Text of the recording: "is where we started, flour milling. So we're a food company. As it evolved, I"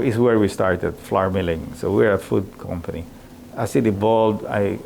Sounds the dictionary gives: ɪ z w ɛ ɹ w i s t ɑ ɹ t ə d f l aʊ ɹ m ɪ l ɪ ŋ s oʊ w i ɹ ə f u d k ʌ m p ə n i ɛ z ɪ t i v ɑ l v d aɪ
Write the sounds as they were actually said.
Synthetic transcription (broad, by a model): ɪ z w ɛ ɹ w i s t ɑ ɹ t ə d f l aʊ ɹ m ɪ l ɪ ŋ s oʊ w i ɹ ə f u d k ʌ m p ə n i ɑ s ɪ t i b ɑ l d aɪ